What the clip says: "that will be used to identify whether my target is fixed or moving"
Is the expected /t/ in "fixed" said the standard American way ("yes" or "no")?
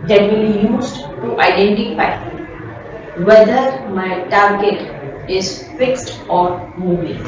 yes